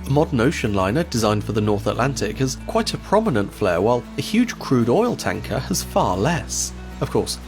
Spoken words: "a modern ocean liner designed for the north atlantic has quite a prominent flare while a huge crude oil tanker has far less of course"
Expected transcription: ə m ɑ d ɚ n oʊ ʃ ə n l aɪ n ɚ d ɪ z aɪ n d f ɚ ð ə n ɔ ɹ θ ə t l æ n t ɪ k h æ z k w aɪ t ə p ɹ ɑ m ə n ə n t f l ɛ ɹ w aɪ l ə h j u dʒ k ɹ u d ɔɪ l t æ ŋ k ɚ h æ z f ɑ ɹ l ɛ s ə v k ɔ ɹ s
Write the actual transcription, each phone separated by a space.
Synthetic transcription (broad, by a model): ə m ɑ d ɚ n oʊ ʃ ə n l aɪ n ɚ d ɪ z aɪ n d f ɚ ð ə n ɔ ɹ θ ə t l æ n t ɪ k h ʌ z k w aɪ t ə p ɹ ɑ m ə n ə n t f l ɛ ɹ w aɪ l ə h j u dʒ k ɹ u d ɔɪ l t æ ŋ k ɚ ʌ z f ɑ ɹ l ɛ s ə v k ɔ ɹ s